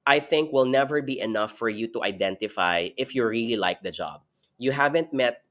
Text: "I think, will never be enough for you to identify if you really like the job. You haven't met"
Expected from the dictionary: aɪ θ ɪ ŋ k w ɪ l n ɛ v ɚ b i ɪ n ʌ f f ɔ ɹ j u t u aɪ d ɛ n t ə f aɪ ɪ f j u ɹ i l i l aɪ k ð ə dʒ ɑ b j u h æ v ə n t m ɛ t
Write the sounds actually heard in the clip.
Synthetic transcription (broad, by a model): aɪ θ ɪ ŋ k w ɪ l n ɛ v ɚ b i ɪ n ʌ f f ɔ ɹ j u t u aɪ d ɛ n t ə f aɪ ɪ f j u ɹ i l i l aɪ k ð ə dʒ ɑ b j u h æ v ə n t m ɛ t